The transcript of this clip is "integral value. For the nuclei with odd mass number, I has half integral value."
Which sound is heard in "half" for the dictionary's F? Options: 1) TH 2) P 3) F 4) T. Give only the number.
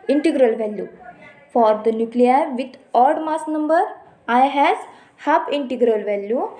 2